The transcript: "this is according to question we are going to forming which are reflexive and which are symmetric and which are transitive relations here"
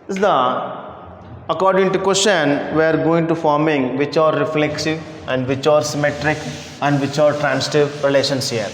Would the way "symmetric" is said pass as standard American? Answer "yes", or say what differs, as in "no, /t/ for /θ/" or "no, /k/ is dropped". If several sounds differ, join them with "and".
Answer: yes